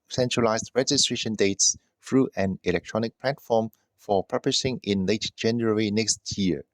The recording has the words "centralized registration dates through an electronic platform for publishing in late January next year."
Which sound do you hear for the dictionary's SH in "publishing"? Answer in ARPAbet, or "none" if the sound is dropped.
S